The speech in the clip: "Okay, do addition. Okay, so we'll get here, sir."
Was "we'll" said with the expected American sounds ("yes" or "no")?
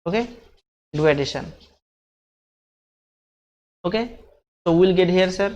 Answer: yes